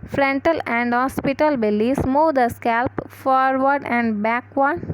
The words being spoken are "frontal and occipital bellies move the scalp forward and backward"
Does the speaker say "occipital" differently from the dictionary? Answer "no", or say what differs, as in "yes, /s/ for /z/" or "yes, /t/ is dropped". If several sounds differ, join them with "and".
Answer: yes, /k/ is dropped